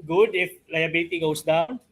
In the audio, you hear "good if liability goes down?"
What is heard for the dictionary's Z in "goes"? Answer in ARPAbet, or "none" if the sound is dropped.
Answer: S